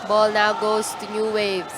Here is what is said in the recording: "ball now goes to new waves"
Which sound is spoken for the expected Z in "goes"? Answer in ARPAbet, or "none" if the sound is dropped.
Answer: S